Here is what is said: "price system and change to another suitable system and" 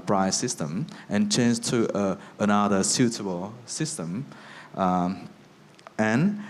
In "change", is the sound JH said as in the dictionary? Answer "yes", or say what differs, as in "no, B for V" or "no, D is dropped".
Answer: no, Z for JH